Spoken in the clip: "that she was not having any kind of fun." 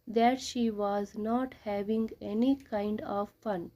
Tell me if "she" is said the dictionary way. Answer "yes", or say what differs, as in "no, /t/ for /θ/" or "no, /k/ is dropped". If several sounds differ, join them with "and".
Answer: yes